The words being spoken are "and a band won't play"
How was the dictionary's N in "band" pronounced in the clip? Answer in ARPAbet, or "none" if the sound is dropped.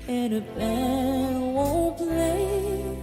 none